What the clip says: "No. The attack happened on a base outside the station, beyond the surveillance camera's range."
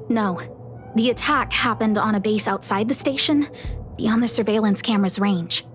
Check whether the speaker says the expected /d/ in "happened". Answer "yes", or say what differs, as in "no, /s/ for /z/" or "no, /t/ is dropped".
yes